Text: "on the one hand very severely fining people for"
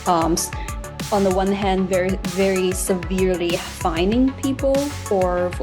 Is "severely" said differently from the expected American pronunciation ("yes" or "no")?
no